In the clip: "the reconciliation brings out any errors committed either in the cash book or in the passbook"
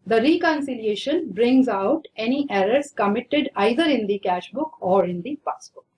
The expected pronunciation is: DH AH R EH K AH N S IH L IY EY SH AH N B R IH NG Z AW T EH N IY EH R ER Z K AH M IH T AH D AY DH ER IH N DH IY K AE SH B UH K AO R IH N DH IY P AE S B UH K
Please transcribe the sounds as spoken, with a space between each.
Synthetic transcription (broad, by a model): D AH R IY K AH N S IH L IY EY SH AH N B R IH NG Z AW T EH N IY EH R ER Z K AH M IH T AH D AY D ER IH N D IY K AE SH B UH K AO R IH N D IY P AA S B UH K